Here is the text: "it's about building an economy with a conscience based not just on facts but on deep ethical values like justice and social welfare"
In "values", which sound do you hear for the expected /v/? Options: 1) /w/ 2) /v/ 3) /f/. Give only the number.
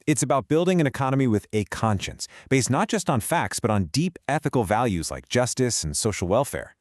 2